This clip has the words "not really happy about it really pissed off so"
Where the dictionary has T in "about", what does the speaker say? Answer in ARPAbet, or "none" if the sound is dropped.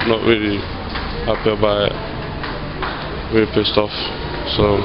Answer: none